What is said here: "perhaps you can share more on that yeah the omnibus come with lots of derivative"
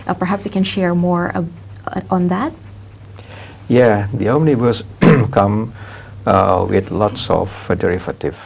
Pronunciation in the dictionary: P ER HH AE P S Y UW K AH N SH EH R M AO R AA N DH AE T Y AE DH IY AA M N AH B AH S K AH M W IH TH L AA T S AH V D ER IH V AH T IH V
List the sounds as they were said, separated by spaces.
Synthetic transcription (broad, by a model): P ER HH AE P S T K AH N SH EH R M AO R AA N DH AE T Y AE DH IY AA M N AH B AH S K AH M W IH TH L AA T S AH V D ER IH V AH T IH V